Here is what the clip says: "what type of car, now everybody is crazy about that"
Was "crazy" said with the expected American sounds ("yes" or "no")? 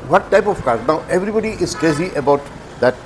no